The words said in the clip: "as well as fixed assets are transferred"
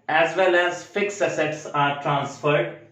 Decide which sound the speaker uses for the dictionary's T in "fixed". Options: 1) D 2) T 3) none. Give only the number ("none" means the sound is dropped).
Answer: 3